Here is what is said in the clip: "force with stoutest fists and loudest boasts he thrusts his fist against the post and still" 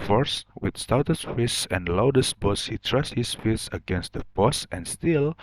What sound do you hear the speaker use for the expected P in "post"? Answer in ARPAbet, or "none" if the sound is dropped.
B